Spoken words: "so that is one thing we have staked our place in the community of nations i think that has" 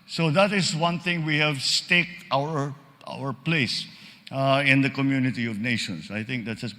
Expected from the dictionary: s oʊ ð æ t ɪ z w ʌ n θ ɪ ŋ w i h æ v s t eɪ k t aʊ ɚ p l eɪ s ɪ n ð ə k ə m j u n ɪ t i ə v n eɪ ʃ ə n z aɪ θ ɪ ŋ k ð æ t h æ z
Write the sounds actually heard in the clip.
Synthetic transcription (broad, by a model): s oʊ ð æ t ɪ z w ʌ n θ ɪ ŋ w i h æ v s t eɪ k t aʊ ɚ p l eɪ s ɪ n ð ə k ə m j u n ɪ t i ə v n eɪ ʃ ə n s aɪ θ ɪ ŋ k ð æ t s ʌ